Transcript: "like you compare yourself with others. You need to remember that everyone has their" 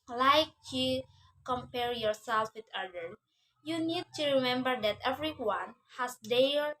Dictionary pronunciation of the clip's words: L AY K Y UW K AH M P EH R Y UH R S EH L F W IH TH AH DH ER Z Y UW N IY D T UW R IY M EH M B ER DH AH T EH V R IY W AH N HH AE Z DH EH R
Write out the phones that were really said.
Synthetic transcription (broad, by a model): L AY K Y UW K AH M P EH R Y UH R S EH L F W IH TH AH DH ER Y UW N IY D T UW R IY M EH M B ER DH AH T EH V R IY W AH N HH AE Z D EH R